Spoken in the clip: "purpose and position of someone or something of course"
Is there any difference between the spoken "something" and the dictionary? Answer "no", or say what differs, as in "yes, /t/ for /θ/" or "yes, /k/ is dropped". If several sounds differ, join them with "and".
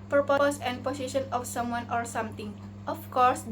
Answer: yes, /t/ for /θ/